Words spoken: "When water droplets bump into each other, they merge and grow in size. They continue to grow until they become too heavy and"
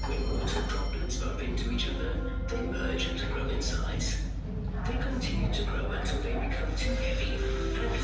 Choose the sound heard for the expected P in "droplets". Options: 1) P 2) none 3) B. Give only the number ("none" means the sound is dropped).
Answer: 3